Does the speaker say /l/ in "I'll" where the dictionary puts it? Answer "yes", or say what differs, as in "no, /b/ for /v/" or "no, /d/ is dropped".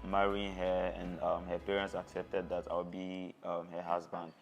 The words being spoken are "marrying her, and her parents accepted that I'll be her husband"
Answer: no, /w/ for /l/